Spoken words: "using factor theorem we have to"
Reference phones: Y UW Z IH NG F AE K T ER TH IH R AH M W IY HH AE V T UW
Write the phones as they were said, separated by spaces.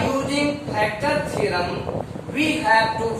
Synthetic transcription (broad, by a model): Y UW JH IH NG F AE K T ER S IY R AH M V IY HH AE V T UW